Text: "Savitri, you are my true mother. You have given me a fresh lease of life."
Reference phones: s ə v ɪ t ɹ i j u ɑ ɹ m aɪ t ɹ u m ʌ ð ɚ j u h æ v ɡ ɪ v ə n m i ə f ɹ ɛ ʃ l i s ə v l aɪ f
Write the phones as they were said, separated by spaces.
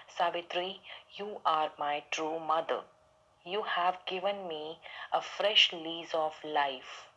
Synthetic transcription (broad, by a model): s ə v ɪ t ɹ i j u ɑ ɹ m aɪ t ɹ u m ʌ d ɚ j u h æ v ɡ ɪ v ə n m i ə f ɹ ɛ ʃ l i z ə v l aɪ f